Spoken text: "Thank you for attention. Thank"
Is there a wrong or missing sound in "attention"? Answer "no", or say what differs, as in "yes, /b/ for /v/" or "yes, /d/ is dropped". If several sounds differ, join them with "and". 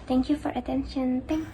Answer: no